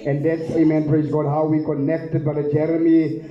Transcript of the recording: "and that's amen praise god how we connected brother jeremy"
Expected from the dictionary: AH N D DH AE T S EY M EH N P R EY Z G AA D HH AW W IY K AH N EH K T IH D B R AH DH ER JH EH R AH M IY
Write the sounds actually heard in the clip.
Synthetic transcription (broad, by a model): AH N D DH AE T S EY M EH N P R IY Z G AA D HH AW W IY K AH N EH K T IH D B AH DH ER JH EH R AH M IY